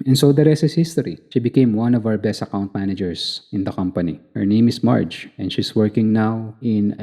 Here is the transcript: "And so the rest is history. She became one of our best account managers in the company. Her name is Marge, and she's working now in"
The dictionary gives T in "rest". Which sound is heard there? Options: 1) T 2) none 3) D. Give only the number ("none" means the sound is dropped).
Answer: 2